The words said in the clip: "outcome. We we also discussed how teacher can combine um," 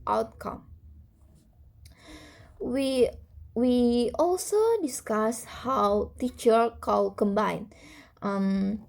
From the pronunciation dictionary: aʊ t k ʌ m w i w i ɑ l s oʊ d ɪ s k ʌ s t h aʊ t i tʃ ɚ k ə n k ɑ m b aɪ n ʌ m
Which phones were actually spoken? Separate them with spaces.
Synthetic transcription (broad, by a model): aʊ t k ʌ m w i w i ɑ l s oʊ d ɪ s k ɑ s h aʊ t i tʃ ɚ k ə l k ɑ m b aɪ n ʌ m